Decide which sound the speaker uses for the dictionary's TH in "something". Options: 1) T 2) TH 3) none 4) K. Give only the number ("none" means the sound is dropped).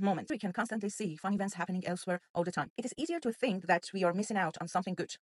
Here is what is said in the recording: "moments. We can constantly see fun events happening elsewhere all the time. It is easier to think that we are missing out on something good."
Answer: 2